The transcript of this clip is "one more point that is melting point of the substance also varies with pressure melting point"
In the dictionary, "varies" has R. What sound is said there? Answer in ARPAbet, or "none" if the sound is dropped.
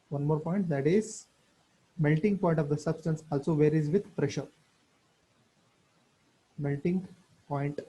R